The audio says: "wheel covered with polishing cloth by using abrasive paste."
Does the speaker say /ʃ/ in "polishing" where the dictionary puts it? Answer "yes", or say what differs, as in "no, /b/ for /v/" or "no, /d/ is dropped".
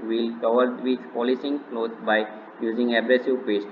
no, /s/ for /ʃ/